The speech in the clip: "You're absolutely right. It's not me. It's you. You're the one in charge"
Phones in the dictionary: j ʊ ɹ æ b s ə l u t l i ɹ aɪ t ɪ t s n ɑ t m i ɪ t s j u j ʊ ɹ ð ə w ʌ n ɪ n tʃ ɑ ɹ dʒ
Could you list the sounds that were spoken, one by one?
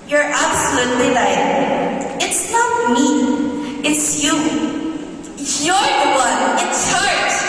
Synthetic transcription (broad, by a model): j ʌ ɹ æ b s ə l u t l i l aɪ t ɪ t s n ɑ t m i ɪ t s j u j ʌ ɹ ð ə w ʌ n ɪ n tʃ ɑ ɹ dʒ